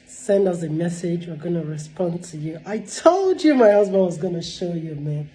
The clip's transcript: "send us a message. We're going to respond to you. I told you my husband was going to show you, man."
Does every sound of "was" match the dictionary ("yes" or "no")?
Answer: yes